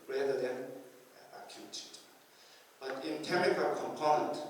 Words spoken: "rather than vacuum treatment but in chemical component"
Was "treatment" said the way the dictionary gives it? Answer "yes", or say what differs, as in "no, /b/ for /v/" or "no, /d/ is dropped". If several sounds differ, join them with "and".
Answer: no, /ɹ/ is dropped and /n/ is dropped